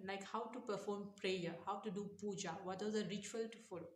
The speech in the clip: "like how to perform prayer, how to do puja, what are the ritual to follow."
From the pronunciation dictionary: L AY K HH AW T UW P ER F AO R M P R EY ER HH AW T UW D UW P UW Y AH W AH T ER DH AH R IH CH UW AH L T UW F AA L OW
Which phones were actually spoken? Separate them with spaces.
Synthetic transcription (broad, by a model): L AY K HH AW T UW P ER F AO R M P R EY ER HH AW T UW D UW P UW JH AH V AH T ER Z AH R IH CH UW AH L T UW F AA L OW